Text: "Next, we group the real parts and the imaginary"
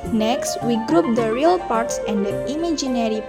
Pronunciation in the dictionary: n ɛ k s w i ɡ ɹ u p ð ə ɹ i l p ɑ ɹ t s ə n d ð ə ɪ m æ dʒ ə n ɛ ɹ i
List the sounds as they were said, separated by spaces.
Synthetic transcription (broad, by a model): n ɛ k s w i ɡ ɹ u p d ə ɹ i l p ɑ ɹ t s ə n d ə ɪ m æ dʒ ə n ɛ ɹ i